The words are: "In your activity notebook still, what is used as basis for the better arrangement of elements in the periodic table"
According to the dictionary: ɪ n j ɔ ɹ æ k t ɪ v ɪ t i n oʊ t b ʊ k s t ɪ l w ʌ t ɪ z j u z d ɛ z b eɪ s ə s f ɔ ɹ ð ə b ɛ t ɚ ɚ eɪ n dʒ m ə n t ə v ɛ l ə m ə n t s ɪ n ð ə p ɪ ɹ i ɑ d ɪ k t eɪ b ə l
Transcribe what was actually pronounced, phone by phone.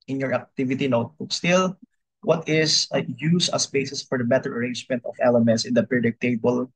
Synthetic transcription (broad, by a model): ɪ n j ɔ ɹ æ k t ɪ v ɪ t i n oʊ t b ʊ k s t ɪ l w ʌ t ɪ s j u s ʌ s b eɪ s ə s f ɔ ɹ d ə b ɛ t ɚ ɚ eɪ n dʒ m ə n t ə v ɛ l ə m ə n t s ɪ n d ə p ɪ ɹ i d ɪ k t eɪ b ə l